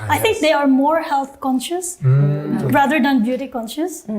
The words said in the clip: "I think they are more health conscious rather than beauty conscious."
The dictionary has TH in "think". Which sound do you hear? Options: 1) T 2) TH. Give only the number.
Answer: 1